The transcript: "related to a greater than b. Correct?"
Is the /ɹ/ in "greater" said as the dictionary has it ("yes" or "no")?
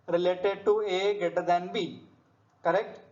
no